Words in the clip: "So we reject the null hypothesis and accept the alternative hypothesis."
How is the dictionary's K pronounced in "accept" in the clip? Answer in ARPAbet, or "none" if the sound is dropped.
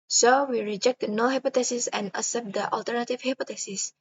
none